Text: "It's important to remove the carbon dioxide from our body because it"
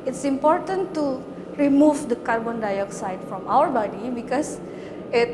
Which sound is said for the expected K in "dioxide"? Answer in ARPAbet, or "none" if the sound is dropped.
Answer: K